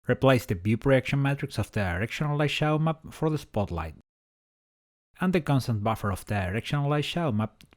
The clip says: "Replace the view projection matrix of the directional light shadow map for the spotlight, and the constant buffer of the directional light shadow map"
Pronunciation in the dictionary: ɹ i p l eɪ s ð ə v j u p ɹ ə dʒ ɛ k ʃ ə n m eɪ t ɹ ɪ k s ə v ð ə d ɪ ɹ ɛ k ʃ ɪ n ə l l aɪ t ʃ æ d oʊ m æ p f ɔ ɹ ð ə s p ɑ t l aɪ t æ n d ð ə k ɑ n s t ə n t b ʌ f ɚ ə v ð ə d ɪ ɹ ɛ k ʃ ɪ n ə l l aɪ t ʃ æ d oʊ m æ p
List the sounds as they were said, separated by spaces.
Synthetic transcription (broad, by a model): ɹ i p l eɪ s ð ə b j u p ɹ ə ɛ k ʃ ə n m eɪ t ɹ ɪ k s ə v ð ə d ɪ ɹ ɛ k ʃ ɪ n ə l l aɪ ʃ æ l m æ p f ɔ ɹ ð ə s p ɑ t l aɪ t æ n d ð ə k ɑ n s t ə n t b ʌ f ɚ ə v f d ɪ ɹ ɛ k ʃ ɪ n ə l l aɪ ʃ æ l m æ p